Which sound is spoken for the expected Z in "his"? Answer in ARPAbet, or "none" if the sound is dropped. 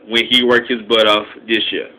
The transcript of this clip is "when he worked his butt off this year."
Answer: Z